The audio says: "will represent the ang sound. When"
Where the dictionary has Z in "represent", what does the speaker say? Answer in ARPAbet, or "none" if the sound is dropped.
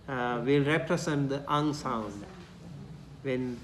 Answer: S